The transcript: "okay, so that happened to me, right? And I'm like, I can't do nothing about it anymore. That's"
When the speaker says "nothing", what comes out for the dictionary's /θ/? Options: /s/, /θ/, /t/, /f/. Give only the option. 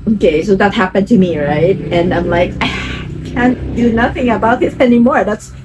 /θ/